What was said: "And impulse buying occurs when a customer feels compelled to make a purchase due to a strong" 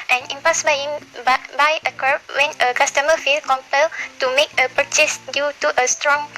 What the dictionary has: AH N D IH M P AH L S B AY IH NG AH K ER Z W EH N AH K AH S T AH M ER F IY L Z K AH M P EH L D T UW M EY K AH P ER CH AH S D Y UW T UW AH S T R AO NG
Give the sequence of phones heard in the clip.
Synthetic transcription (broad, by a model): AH N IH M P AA S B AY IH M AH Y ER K W EH N AH K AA S T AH M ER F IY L K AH M P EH L T UW M EY K AH P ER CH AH S D Y UW T UW AH S T R AO NG